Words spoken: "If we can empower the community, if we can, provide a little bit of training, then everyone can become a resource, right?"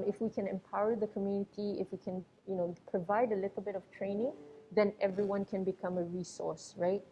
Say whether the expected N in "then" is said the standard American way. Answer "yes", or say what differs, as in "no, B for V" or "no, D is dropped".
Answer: yes